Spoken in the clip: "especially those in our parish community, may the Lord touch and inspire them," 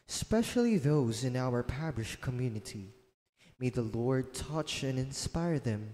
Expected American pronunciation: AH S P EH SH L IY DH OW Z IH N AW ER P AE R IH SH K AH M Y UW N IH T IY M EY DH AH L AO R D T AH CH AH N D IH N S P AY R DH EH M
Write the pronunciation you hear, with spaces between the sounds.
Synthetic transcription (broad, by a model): S P EH SH L IY DH OW Z IH N AW ER P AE R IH SH K AH M Y UW N IH T IY M EY DH AH L AO R D T AH CH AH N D IH N S P AY R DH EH M